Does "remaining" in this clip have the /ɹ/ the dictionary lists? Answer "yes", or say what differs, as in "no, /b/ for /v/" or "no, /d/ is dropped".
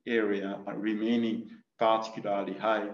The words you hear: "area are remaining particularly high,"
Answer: yes